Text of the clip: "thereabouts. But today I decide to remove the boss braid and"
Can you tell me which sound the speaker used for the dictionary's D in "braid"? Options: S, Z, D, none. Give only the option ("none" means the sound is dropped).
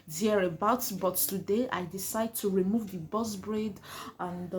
D